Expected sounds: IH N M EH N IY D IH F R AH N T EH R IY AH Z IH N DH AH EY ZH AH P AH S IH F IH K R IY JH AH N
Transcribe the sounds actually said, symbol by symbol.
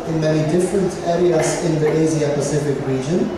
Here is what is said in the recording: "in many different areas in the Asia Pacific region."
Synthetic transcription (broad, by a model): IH N M EH N IY D IH F R AH N T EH R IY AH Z IH N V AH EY Z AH P AH S IH F IH K R IY JH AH N